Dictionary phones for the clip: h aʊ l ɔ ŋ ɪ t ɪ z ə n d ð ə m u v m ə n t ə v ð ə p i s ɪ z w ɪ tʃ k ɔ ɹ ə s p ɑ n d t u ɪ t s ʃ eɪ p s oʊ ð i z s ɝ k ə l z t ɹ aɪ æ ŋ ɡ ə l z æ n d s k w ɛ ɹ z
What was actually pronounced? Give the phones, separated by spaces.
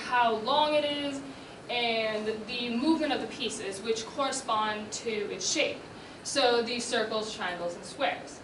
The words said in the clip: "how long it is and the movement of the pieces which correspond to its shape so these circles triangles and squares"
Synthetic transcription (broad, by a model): h aʊ l ɔ ŋ ɪ t ɪ z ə n ð ə m u v m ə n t ə v ð ə p i s ɪ z w ɪ tʃ k ɔ ɹ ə s p ɑ n t u ɪ t s ʃ eɪ p s oʊ ð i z s ɝ k l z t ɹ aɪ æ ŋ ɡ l z n s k w ɛ ɹ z